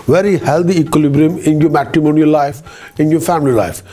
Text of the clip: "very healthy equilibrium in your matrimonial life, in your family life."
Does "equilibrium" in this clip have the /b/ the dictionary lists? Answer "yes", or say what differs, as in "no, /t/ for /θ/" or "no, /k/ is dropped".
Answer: yes